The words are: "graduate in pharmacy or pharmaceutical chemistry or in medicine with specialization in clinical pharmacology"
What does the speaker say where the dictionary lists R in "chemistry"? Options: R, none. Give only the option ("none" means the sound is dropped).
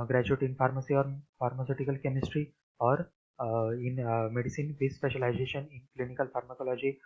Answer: R